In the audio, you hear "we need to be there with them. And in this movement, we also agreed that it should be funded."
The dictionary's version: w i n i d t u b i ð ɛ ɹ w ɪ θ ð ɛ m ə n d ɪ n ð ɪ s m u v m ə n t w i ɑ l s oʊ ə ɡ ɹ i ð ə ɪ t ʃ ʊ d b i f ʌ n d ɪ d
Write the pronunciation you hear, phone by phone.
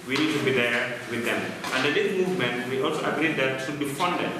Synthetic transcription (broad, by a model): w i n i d t u b i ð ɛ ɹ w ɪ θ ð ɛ m ə n d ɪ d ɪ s m u v m ə n t w i ɑ l s oʊ ə ɡ ɹ i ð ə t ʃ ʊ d b i f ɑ n d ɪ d